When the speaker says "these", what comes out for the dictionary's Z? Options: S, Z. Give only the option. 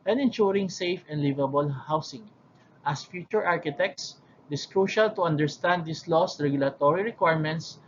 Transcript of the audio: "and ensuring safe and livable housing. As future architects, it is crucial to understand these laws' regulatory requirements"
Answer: S